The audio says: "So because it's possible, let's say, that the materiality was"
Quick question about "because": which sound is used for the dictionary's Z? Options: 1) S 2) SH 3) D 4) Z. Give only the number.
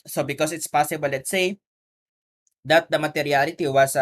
1